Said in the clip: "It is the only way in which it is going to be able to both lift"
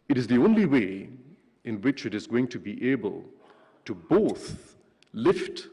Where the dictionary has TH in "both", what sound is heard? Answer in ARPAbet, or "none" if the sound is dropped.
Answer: TH